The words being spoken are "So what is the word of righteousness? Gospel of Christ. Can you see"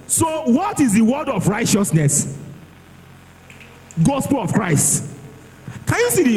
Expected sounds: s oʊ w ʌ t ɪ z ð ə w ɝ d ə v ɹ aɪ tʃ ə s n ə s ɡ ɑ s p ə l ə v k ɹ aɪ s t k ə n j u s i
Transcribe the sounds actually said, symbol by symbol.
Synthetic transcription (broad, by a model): s oʊ w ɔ t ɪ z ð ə w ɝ d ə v ɹ aɪ tʃ ə s n ə s ɡ ɑ s p ə l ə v k ɹ aɪ s t k ə n j u s i